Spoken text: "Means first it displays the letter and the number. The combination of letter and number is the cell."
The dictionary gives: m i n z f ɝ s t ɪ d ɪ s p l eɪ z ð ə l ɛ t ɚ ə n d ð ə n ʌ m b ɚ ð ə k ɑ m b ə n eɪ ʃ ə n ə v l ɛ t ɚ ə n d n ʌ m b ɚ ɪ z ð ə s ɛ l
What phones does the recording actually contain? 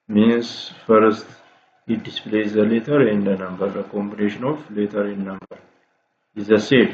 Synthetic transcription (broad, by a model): m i n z f ɝ s t ɪ d ɪ s p l eɪ z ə l ɛ t ɚ ə n d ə n ʌ m b ɚ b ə k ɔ m b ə n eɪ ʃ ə n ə f l ɛ t ɚ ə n n ʌ m b ɚ ɪ z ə s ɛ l